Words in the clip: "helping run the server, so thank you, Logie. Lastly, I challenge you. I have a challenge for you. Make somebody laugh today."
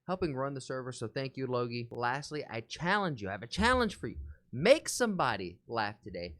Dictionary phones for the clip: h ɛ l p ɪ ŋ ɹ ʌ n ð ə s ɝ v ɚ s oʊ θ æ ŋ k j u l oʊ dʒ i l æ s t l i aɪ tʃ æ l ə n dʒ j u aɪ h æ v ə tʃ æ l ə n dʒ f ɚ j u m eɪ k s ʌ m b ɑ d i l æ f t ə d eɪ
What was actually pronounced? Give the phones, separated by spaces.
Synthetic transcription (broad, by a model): h ɛ l p ɪ ŋ ɹ ʌ n ð ə s ɝ v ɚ s oʊ θ æ ŋ k j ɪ l oʊ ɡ i l æ s t l i aɪ tʃ æ l ə n dʒ j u aɪ v ə tʃ æ l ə n ʒ f ɚ j u m eɪ k s ʌ m b ɑ d i l æ f t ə d eɪ